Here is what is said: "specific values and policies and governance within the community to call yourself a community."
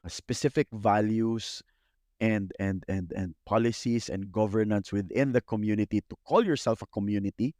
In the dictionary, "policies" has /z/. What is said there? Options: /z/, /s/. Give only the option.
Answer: /s/